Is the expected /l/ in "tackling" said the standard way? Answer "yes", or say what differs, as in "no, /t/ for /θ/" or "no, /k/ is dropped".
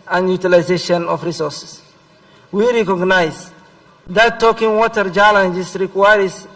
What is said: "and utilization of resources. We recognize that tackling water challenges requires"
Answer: no, /l/ is dropped